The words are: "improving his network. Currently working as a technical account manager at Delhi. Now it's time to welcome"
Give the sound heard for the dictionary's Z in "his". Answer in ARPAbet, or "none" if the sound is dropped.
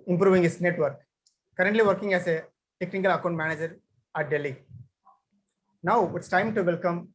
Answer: S